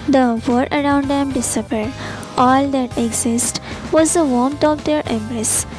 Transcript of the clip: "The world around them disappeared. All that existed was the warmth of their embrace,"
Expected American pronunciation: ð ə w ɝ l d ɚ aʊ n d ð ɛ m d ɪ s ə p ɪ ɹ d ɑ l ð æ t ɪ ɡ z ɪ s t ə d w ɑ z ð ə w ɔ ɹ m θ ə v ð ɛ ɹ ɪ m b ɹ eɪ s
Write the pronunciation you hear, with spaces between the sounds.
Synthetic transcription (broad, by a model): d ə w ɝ d ɚ aʊ n d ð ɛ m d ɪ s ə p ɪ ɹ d ɑ l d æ t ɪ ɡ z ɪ s t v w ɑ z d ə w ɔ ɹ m t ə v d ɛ ɹ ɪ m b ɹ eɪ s